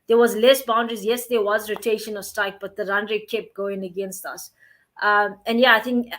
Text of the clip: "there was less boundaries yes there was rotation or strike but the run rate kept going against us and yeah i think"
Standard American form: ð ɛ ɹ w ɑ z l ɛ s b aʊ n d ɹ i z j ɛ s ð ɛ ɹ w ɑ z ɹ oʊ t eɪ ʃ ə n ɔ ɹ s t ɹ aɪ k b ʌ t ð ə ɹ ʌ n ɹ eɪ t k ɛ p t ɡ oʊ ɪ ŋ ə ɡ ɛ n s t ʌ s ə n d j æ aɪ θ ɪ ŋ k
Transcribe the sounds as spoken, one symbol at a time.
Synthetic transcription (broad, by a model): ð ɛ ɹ w ɑ z l ɛ s b aʊ n d ɹ i z j ɛ s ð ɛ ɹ w ɑ z ɹ oʊ t eɪ ʃ ə n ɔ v s t aɪ k b ʌ t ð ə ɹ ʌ n ɹ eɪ k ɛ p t ɡ oʊ ɪ ŋ ə ɡ ɛ n s t ʌ s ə n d j æ aɪ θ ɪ ŋ k